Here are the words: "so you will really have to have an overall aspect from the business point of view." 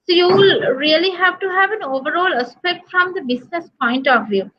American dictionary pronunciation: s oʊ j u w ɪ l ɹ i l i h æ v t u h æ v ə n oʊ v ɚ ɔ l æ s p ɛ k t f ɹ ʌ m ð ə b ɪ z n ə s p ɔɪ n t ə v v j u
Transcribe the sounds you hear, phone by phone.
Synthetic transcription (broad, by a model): s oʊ j u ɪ l ɹ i l i h æ v t u h æ v ə n oʊ v ɚ ɔ l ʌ s p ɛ k t f ɹ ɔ m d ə b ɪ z n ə s p ɔɪ n t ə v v j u